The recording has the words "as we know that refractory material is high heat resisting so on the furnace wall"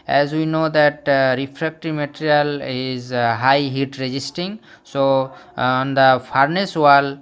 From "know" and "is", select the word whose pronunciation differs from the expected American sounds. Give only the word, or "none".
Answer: none